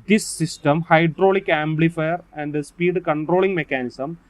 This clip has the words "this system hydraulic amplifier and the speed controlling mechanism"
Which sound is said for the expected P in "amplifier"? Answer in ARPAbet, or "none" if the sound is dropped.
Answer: B